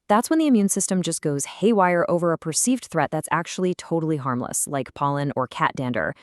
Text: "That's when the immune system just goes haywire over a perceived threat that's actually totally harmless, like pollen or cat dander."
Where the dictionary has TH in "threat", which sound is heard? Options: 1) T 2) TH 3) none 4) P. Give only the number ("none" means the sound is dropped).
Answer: 2